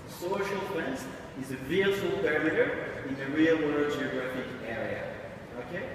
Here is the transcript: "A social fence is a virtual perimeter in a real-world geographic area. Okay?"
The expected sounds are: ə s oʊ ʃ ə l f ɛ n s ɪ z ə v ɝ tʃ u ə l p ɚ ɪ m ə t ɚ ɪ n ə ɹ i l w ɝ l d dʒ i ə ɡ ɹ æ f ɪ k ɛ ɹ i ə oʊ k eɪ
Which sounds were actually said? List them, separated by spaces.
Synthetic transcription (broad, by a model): s oʊ ʃ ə l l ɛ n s ɪ z ə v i u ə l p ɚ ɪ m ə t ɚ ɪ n ə ɹ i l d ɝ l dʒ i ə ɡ ɹ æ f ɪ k ɛ ɹ i ə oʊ k eɪ